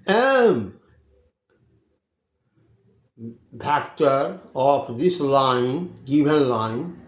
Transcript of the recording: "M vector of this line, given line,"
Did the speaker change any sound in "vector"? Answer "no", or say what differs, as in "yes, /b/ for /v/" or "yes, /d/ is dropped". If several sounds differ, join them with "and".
yes, /p/ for /v/